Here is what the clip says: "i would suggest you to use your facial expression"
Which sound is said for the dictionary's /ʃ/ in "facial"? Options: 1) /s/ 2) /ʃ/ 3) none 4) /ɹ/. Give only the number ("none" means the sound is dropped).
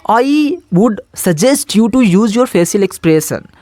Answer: 1